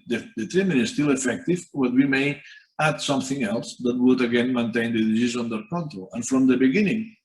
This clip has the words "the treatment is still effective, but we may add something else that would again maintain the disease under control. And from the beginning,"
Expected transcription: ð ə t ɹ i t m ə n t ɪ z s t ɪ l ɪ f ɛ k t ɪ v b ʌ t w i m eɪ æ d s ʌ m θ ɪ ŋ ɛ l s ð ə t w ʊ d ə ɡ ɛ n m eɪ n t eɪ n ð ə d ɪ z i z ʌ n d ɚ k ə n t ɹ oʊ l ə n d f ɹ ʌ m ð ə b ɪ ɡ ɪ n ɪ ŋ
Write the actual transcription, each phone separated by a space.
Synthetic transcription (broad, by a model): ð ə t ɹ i m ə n ɪ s t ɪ l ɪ f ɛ k t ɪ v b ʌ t w i m eɪ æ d s ʌ m θ ɪ ŋ ɛ l s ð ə t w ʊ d ə ɡ ɛ n m eɪ n t eɪ n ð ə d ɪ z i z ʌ n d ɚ k ə n t ɹ oʊ l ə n f ɹ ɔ m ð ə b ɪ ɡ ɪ n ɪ ŋ